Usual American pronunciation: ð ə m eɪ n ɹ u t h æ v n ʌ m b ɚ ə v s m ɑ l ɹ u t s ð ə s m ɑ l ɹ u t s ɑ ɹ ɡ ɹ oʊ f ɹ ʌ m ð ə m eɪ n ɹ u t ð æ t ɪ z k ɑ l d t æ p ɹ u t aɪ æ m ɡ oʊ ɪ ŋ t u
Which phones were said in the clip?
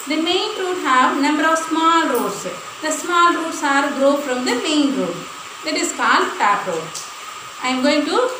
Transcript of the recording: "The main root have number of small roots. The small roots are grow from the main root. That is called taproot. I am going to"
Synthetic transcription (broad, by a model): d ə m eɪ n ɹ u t h æ v n ʌ m b ɚ ə v s m ɑ l ɹ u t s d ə s m ɑ l ɹ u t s ɑ ɹ ɡ ɹ oʊ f ɹ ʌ m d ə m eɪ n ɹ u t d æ t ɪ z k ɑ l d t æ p u t aɪ m ɡ oʊ ɪ ŋ t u